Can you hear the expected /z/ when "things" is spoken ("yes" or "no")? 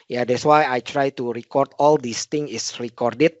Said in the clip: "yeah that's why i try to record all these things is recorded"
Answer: no